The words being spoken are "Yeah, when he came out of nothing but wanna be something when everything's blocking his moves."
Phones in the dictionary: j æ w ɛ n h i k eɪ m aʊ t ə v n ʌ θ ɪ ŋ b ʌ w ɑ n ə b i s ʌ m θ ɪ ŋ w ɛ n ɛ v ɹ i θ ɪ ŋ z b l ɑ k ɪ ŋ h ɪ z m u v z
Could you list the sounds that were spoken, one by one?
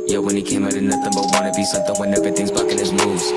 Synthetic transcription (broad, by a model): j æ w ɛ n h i k eɪ m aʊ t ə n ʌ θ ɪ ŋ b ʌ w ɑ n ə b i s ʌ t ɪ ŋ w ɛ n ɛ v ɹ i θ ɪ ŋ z b ɑ k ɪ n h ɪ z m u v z